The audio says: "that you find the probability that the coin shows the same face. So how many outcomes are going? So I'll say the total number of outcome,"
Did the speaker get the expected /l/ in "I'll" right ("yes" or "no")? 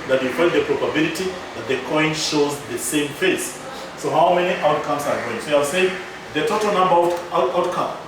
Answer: no